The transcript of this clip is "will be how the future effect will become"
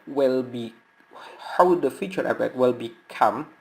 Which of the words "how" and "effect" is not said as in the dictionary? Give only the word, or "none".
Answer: effect